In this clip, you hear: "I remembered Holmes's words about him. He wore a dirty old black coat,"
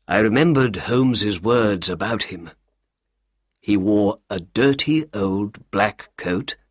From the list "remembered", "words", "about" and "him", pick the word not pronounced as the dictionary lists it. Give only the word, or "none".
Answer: none